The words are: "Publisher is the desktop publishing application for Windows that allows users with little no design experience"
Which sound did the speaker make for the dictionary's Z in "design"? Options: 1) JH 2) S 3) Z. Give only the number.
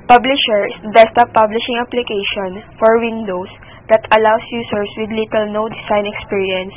2